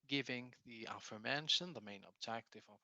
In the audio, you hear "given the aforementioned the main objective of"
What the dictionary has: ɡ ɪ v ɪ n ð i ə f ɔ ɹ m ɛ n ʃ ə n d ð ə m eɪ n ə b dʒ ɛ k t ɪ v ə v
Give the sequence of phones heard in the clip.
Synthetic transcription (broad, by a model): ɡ ɪ v ɪ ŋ ð i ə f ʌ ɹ m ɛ n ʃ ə n ð ə m eɪ n ə b dʒ ɛ k t ɪ v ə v